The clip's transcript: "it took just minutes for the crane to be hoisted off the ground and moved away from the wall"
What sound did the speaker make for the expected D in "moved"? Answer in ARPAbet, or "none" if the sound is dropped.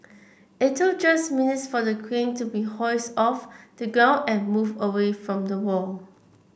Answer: none